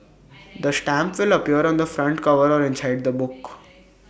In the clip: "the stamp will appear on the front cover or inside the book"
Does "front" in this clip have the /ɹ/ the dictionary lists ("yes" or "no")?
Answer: yes